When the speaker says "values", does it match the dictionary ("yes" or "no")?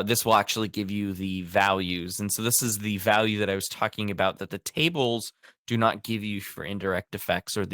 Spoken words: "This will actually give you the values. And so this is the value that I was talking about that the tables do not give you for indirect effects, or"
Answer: yes